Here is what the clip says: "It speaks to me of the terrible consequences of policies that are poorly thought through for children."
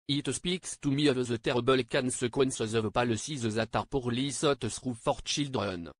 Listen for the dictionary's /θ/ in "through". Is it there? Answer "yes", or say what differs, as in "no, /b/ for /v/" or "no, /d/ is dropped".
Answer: no, /s/ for /θ/